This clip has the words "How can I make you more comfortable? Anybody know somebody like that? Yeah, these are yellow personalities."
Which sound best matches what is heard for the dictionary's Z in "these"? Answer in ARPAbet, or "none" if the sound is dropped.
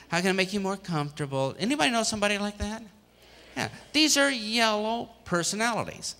Z